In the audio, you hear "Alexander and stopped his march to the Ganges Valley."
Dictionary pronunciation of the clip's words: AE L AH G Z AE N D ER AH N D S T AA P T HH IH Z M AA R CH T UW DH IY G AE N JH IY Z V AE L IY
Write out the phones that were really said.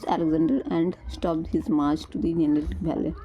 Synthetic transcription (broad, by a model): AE L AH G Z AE N D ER AH N D S T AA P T HH IH Z M AA R CH T UW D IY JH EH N IY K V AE L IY